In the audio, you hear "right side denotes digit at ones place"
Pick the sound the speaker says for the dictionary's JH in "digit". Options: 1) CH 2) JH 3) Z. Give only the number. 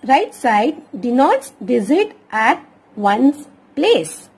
3